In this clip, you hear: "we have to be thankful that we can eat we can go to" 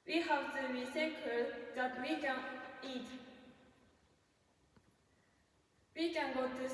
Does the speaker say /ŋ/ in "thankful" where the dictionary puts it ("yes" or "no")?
no